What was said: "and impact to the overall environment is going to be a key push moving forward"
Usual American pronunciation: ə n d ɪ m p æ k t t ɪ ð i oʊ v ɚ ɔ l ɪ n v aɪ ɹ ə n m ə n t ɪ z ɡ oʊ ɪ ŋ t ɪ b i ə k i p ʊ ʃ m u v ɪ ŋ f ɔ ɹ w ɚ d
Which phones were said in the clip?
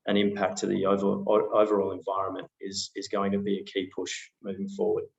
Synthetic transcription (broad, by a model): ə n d ɪ m p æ k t t ɪ ð i oʊ v ɚ ɔ l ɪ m v aɪ ɹ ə n m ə n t ɪ z ɡ oʊ ɪ ŋ t ɪ b i ə k i p ʊ ʃ m u v ɪ ŋ f ɔ ɹ w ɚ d